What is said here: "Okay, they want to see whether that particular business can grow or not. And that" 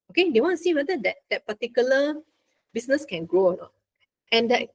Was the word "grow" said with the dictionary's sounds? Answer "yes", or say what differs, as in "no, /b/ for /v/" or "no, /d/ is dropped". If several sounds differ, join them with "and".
yes